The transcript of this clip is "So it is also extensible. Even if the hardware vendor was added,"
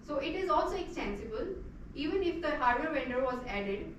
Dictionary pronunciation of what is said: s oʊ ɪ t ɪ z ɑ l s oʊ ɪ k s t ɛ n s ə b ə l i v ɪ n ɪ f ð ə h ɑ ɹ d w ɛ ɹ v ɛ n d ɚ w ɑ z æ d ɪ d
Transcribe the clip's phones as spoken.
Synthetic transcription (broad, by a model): s oʊ ɪ t ɪ z ɑ l s oʊ ɪ k s t ɛ n s ə b ə l i v ɪ n ɪ f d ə h ɑ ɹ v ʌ ɹ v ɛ n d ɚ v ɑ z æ d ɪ d